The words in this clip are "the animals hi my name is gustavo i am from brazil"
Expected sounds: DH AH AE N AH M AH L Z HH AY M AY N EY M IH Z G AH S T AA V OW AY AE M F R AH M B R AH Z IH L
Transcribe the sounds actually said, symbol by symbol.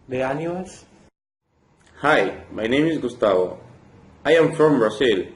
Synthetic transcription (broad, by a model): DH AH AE N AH AH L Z HH AY M AY N EY M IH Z G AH S T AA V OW AY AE M F R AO M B R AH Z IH L